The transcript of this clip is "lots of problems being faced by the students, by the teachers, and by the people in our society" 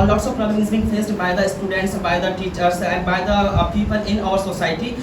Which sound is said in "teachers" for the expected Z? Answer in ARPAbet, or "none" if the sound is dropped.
S